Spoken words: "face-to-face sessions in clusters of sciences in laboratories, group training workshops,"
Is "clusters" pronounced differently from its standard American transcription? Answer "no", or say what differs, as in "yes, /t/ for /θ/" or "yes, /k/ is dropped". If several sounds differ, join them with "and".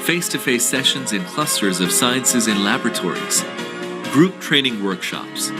no